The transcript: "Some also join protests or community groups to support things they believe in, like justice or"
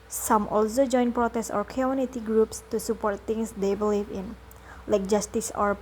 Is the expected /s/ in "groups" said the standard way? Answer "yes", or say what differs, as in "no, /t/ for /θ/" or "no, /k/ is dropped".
yes